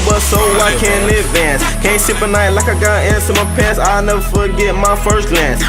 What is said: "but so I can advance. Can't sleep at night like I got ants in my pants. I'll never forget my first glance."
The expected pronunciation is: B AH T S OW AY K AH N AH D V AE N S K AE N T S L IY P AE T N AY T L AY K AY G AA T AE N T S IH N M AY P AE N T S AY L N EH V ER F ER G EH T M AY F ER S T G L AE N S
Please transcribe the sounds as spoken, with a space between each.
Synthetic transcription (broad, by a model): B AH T S OW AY K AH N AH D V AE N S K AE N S IY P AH N AY T L AY K AY G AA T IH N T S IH M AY P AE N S AY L N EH V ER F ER G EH T M AY F ER S T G L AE N S